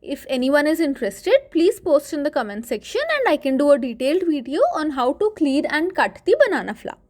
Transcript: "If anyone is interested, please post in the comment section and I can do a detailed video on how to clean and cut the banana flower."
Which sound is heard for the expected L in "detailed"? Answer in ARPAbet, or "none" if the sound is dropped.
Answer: L